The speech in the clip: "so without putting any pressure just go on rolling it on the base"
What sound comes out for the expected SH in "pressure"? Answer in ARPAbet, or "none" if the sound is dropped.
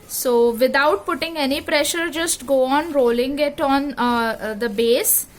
SH